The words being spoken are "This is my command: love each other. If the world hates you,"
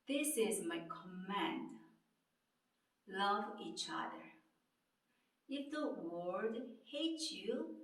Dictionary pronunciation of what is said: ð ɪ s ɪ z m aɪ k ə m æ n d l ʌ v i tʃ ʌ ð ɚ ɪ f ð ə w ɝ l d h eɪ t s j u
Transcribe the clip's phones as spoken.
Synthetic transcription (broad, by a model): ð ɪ s ɪ z m aɪ k ə m æ n d l ʌ v i tʃ ʌ ð ɚ ɪ f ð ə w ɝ d h eɪ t j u